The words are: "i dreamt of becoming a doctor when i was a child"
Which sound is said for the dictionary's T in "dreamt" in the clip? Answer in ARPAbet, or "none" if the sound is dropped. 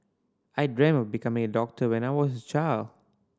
none